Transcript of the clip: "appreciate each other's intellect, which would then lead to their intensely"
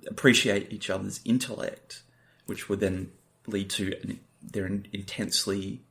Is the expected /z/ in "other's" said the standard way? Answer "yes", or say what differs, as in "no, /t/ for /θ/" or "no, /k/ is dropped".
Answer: yes